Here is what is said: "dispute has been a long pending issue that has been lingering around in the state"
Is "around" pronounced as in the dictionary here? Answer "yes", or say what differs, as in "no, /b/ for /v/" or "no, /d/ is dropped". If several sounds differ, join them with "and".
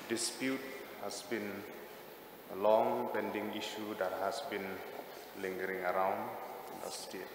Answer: yes